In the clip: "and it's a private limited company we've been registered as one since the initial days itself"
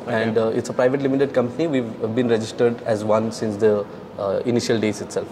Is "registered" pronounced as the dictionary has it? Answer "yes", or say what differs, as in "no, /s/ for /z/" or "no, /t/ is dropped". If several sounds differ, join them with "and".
yes